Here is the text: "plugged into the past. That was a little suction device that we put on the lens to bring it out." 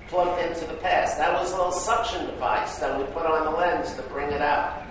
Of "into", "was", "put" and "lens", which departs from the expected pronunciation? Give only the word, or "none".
none